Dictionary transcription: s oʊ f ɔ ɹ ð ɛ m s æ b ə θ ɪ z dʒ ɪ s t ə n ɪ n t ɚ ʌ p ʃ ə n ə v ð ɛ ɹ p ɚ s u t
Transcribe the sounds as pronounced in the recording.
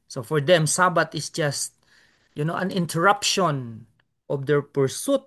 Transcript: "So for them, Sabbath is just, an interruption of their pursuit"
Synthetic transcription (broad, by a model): s oʊ f ɔ ɹ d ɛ m s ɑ b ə t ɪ s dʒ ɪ s t ə n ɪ n t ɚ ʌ p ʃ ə n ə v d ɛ ɹ p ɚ s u t